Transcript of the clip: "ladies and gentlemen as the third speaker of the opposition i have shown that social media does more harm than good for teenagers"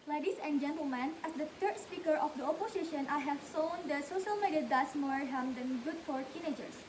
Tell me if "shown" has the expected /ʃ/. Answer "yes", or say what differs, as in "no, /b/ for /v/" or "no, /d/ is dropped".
no, /s/ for /ʃ/